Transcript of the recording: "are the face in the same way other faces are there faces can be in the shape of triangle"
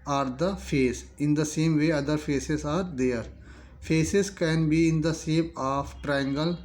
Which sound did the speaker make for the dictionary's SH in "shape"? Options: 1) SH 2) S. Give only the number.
2